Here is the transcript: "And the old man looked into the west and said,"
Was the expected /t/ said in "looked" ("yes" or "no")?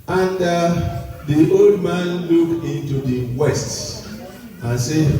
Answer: no